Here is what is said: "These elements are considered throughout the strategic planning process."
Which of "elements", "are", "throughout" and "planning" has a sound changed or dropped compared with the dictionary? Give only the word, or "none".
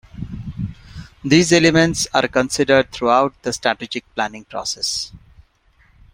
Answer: throughout